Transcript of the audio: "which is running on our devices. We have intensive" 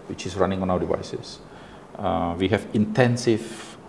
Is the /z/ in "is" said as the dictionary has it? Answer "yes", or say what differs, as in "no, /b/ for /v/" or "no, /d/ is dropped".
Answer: no, /s/ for /z/